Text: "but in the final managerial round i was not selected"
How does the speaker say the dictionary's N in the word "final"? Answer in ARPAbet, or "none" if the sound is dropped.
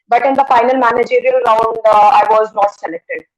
N